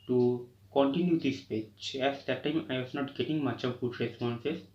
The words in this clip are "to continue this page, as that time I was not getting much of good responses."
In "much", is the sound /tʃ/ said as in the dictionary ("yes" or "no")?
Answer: yes